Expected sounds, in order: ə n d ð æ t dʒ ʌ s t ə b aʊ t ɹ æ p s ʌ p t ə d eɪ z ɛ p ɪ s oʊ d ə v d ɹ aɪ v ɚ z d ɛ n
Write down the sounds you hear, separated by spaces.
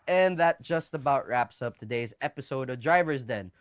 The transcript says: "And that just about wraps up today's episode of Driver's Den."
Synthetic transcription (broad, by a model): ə n ð æ t dʒ ʌ s t ə b aʊ t ɹ æ p s ʌ p t ə d eɪ z ɛ p ɪ s oʊ d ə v d ɹ aɪ v ɚ z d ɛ n